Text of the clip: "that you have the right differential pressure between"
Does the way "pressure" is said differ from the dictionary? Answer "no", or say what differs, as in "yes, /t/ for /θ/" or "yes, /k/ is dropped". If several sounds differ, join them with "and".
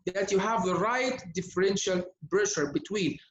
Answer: yes, /b/ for /p/